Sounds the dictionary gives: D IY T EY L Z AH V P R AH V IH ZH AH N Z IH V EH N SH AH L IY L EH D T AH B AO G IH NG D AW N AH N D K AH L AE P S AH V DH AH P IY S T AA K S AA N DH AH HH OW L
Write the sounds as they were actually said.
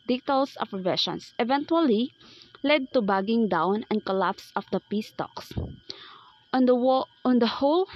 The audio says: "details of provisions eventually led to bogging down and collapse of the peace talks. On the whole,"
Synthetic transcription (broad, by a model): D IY T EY L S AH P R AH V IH SH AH N S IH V EH N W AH L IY L EH D T AH B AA G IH NG D AW N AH N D K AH L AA P S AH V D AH P IY S T AA K S AA N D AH HH OW L